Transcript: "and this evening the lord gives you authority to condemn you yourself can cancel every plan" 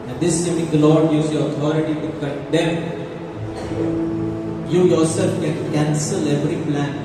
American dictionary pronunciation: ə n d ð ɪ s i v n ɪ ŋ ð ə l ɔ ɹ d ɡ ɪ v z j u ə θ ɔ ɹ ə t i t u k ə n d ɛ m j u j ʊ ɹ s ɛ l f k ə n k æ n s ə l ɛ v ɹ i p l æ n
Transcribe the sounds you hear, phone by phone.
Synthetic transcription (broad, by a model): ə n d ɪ s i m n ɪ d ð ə l ɔ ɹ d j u z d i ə t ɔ ɹ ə t i t u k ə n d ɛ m j u j ʊ ɹ s ɛ l f k ə n k æ n s ə l ɛ v ɹ i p l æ n